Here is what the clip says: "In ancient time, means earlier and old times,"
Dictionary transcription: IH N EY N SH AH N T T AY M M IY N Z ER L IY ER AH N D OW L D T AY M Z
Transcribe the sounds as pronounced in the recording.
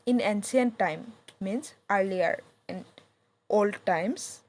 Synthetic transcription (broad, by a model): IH N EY N S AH N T T AY M M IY N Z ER L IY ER AH N D OW L D T AY M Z